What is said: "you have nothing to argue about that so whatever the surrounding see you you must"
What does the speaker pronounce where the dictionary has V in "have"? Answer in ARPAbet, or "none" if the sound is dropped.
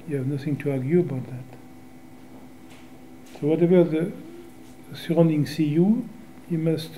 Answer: V